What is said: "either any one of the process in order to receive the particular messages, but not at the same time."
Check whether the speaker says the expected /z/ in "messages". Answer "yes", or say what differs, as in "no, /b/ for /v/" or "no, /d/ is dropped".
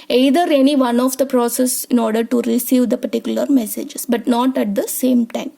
no, /s/ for /z/